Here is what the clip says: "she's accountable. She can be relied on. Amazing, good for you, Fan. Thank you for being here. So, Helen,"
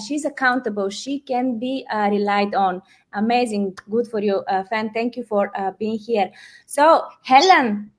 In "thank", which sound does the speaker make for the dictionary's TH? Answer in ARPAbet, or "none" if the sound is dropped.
T